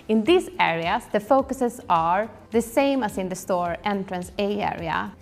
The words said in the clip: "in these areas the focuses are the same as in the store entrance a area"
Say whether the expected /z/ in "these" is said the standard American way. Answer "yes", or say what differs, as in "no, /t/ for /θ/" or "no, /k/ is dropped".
no, /s/ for /z/